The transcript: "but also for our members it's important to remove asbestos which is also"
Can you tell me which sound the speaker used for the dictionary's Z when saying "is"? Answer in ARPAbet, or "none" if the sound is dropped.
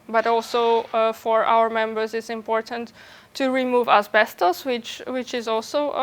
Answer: Z